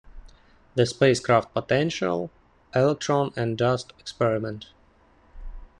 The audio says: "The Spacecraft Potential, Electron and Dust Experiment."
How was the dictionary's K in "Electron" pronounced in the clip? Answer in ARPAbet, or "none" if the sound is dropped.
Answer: K